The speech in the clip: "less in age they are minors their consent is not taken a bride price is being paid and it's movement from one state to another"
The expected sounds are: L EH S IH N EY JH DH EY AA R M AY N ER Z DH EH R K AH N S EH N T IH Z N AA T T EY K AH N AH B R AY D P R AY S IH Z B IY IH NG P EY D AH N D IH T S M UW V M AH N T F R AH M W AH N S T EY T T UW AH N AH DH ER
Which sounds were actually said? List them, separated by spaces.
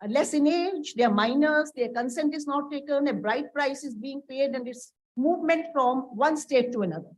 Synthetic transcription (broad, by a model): L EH S IH N EY JH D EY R M AY N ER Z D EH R K AH N S EH N T IH Z N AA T T EY K AH N AH B R AY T P R AY S IH Z B IY IH NG P EY D AH N D IH T S M UW V M AH N T F R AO M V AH N S T EY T T UW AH N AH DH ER